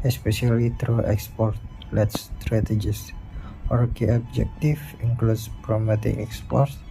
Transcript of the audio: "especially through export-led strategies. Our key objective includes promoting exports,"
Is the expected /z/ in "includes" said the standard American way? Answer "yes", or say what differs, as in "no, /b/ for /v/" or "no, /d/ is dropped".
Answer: no, /s/ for /z/